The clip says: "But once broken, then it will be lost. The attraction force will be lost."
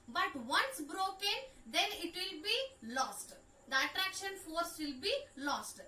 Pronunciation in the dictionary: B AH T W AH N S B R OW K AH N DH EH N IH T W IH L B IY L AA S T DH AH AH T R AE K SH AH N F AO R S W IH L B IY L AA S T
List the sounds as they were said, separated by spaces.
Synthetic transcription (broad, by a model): B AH T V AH N S B R OW K AH N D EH N IH T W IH L B IY L AA S T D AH AH T R AE K SH AH N F AO R S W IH L B IY L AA S T